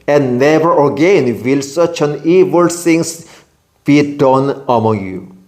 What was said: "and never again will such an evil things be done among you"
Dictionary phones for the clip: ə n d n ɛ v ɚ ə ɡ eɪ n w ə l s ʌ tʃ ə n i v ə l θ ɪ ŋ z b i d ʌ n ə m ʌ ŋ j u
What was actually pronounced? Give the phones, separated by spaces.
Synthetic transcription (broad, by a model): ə n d n ɛ v ɚ ə ɡ eɪ n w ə l s ʌ tʃ ə n i v ə l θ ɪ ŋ s b i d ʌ n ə m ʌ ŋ j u